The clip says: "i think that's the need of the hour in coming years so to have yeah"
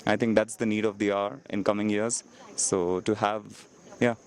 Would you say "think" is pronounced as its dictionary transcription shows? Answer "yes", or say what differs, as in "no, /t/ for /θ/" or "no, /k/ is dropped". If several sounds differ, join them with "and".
no, /t/ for /θ/